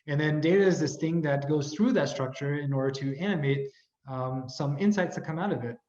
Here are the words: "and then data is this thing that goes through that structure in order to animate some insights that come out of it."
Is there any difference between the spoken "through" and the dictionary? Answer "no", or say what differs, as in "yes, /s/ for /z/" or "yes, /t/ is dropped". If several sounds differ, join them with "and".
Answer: no